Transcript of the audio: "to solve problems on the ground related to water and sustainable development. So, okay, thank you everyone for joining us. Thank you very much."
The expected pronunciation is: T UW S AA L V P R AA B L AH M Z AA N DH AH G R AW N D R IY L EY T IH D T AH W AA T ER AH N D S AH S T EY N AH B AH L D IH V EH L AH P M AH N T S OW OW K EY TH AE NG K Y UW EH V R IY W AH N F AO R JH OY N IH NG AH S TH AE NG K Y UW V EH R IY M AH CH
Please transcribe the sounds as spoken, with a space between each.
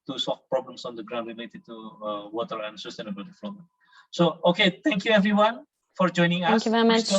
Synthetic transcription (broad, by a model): T UW S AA L F P R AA B L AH M S AA N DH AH G R AW N D R IY L EY T IH D T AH W AA T ER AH N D S AH S T EY N AH B AH L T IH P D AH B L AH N S OW OW K EY T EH NG K Y UW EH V R IY W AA N F AO R JH OY N IH NG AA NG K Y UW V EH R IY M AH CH